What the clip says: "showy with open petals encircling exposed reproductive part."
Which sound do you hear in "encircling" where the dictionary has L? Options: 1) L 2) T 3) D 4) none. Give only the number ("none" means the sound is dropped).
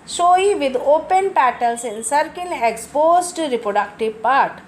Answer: 4